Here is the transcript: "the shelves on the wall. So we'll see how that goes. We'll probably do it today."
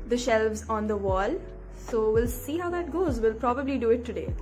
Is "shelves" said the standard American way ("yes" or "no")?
yes